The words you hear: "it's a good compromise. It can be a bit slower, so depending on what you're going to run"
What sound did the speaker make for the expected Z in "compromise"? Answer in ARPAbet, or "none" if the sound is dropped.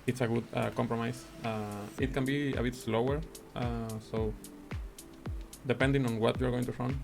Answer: S